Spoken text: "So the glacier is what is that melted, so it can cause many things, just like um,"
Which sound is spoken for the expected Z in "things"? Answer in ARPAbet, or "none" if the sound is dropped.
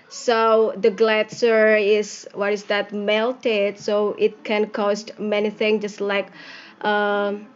none